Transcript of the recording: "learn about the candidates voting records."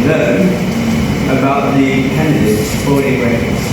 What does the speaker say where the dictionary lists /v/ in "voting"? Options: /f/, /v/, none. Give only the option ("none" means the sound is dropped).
/f/